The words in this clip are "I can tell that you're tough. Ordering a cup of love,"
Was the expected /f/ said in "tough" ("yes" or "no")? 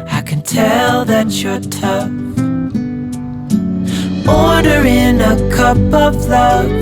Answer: no